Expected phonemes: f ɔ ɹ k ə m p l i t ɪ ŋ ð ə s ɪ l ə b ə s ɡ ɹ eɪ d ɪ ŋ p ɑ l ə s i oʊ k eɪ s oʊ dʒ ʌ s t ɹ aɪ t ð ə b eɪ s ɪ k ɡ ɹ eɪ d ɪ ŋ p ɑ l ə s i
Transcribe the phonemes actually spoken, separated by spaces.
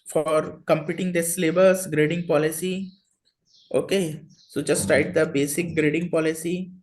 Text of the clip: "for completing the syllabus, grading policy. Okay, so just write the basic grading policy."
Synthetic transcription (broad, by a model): f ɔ ɹ k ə m p i t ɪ ŋ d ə s l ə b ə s ɡ ɹ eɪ d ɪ ŋ p ɑ l ə s i oʊ k eɪ s oʊ dʒ ʌ s t ɹ aɪ t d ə b eɪ s ɪ k ɡ ɹ eɪ d ɪ ŋ p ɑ l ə s i